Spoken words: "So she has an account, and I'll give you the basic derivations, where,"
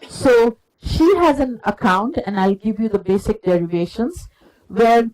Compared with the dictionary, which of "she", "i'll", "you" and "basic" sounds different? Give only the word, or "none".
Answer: none